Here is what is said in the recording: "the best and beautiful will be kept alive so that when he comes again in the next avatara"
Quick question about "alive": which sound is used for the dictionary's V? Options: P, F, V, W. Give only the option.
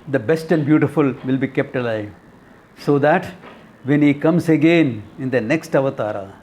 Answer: V